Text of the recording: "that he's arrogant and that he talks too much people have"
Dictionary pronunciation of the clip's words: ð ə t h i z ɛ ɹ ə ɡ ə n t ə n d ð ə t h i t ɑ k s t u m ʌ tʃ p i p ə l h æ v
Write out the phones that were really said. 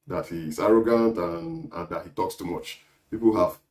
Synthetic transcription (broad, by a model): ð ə t h i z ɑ ɹ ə ɡ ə n t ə n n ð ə t h i t ɑ k s t u m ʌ tʃ p i p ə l h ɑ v